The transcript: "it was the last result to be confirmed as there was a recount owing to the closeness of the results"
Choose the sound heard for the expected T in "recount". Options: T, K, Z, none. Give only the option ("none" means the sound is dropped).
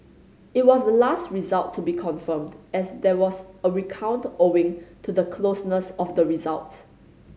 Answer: T